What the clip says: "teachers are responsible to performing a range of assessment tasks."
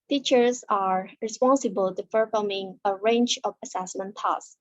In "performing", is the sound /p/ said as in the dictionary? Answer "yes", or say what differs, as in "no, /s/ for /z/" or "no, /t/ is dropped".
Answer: no, /f/ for /p/